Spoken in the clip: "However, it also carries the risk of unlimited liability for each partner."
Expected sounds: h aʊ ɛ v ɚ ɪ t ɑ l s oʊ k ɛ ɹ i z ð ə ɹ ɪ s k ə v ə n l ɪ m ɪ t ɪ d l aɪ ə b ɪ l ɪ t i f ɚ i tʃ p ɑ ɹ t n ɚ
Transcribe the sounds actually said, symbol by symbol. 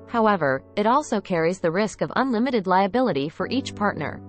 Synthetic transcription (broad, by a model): h aʊ ɛ v ɚ ɪ t ɑ l s oʊ k ɛ ɹ i z ð ə ɹ ɪ s k ə v ə n l ɪ m ɪ t ɪ d l aɪ ə b ɪ l ɪ t i f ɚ i tʃ p ɑ ɹ t n ɚ